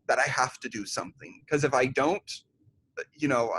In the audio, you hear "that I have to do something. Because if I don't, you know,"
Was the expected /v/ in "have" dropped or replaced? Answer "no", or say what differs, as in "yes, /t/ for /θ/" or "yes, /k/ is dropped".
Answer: yes, /f/ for /v/